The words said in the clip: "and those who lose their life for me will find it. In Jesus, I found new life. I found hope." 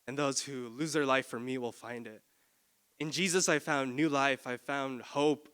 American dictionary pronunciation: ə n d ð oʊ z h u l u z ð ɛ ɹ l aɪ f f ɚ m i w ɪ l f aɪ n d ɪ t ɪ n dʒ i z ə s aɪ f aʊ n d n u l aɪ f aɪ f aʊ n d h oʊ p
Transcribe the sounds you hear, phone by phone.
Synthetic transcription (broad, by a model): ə n ð oʊ z h u l u z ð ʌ ɹ l aɪ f f ɚ m i w ɪ l f aɪ n d ɪ t ɪ n dʒ i z ə s aɪ f aʊ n n u l aɪ f aɪ f aʊ n d h oʊ p